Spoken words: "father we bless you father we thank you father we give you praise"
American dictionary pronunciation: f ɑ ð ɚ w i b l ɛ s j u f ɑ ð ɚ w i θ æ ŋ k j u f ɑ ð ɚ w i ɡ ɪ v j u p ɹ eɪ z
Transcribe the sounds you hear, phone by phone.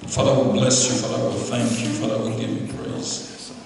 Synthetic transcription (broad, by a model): f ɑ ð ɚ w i b l ɛ s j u f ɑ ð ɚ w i θ æ ŋ k j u f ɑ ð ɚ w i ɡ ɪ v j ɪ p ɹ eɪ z